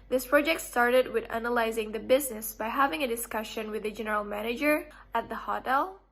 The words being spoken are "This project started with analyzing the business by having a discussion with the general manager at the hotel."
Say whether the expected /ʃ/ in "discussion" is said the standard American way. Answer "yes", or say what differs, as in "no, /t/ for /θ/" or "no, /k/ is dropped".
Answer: yes